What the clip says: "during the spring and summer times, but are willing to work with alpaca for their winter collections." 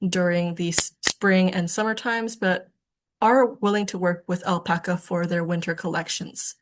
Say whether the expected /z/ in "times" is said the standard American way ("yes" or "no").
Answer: yes